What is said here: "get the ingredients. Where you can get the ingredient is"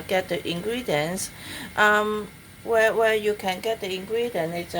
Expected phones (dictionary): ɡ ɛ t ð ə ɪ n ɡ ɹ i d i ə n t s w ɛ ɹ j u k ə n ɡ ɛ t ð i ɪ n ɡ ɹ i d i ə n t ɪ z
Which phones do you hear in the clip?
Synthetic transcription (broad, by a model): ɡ ɛ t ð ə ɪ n ɡ ɹ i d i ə n t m w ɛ w j u k ə n ɡ ɛ t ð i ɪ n ɡ ɹ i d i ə n ɪ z